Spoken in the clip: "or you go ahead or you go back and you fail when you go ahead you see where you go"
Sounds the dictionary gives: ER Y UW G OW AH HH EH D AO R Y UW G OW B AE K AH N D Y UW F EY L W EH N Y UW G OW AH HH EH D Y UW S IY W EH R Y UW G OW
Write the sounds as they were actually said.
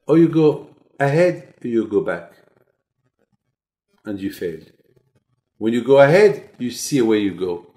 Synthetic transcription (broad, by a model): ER Y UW G OW AH HH EH D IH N Y UW G OW B AE K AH N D Y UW F EY L W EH N Y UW G OW AH HH EH D Y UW S IY W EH Y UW G OW